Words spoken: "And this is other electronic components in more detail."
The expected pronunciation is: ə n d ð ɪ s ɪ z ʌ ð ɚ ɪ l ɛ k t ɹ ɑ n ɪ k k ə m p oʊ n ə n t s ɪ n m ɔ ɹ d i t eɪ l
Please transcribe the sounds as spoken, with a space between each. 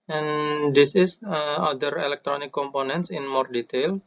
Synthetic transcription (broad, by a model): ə n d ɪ s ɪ s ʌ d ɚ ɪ l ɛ k t ɹ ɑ n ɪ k k ə m p oʊ n ə n t s ɪ n m ɔ ɹ d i t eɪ l